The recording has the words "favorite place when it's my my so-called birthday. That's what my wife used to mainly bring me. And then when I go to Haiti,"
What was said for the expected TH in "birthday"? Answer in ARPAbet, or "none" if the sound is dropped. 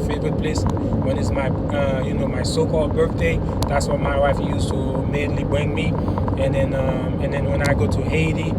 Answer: TH